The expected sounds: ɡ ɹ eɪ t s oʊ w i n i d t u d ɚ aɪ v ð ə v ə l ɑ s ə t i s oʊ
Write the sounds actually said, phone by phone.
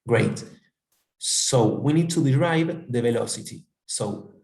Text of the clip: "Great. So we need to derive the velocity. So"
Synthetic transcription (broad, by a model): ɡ ɹ eɪ t s oʊ w i n i d t u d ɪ aɪ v ð ə v ə l ɑ s ə t i s oʊ